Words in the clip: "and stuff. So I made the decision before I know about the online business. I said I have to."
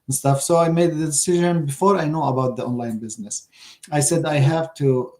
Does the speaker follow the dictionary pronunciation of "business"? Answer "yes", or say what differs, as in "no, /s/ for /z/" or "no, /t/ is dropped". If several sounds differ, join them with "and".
yes